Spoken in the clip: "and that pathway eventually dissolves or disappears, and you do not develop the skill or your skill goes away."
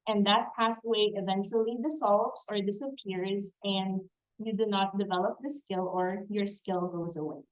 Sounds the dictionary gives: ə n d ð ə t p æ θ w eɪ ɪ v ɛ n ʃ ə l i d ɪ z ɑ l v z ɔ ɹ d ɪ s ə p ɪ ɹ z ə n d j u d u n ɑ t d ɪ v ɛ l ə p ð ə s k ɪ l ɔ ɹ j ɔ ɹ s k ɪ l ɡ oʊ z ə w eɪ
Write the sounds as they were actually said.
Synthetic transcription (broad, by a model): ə n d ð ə t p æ s w eɪ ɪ v ɛ n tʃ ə l i d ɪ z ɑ l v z ɔ ɹ d ɪ s ə p ɪ ɹ z ə n d j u d u n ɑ t d ɪ v ɛ l ə p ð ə s k ɪ l ɔ ɹ j ɔ ɹ s k ɪ l ɡ oʊ z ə w eɪ